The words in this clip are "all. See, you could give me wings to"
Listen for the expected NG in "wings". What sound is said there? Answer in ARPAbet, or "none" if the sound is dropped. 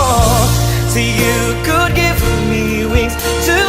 none